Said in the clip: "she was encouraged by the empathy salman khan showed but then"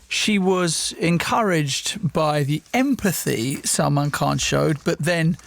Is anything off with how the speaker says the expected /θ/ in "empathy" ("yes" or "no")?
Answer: no